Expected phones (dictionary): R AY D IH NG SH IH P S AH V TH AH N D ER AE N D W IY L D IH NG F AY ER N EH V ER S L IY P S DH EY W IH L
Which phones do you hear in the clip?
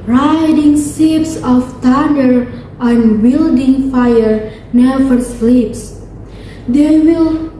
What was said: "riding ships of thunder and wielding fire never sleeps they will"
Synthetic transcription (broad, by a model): R AY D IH NG S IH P S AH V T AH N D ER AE N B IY L D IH NG F AY ER N EH V ER S L IY P S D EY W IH L